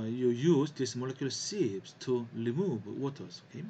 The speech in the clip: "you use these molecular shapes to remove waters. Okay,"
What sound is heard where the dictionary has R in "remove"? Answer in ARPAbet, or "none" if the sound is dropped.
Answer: L